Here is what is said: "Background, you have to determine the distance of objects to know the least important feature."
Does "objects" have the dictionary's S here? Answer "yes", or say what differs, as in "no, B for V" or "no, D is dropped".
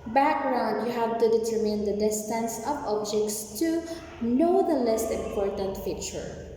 yes